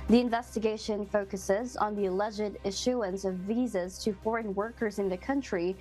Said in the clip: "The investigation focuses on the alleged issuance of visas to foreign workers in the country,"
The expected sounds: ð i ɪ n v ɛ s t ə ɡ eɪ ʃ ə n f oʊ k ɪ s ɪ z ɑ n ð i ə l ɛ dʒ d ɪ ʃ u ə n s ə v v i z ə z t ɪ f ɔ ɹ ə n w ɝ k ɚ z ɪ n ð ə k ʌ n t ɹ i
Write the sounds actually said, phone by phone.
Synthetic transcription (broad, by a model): ð i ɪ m v ɛ s t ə ɡ eɪ ʃ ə n f oʊ k ɪ s ɪ z n ð i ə l ɛ dʒ d ɪ ʃ u ə n s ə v v i z ə z t ɪ f ɔ ɹ ə n w ɝ k ɚ z ɪ n ð ə k ʌ n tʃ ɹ i